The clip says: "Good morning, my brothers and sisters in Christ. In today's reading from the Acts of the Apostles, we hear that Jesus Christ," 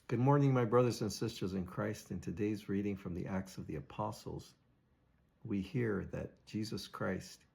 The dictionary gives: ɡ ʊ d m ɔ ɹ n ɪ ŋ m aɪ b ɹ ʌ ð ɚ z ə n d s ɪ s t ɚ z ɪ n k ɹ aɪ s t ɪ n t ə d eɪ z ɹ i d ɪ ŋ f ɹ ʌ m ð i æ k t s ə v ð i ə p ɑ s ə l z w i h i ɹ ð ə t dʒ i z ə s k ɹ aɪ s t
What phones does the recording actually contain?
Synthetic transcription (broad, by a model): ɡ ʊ d m ɔ ɹ n ɪ ŋ m aɪ b ɹ ʌ ð ɚ z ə n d s ɪ s t ɚ z ɪ n k ɹ aɪ s t ɪ n t ə d eɪ z ɹ i d ɪ ŋ f ɹ ʌ m ð i æ k t s ə v ð i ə p ɑ s l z w i h i ɹ ð ə t dʒ i z ə s k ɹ aɪ s t